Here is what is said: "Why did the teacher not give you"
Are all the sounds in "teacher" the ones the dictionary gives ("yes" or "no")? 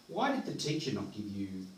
no